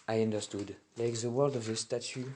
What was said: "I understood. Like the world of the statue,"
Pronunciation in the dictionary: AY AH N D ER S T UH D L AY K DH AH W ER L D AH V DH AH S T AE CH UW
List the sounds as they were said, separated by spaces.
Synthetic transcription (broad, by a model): AY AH N D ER S T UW D L AY K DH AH W ER L D AH V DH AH S T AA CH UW